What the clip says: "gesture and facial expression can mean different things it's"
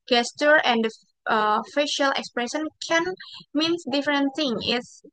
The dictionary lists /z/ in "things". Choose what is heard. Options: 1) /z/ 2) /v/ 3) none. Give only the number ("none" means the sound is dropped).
3